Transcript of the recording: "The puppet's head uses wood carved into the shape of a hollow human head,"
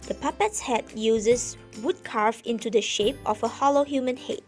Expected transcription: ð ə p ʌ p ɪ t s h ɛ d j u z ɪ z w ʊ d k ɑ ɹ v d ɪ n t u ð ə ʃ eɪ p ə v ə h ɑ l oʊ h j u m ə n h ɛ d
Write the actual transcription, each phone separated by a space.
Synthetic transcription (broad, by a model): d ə p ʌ p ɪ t s h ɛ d j u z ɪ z w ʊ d k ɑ ɹ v ɪ n t u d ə ʃ eɪ p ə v ə h ɑ l oʊ h j u m ə n h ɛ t